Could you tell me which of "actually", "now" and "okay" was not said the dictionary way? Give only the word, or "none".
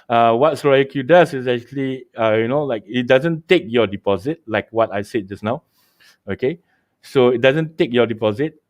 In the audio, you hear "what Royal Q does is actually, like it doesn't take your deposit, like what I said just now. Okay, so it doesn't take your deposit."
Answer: actually